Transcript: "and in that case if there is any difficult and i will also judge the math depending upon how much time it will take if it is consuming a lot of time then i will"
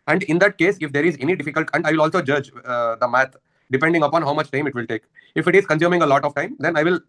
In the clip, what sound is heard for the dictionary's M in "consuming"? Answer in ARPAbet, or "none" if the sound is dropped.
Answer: M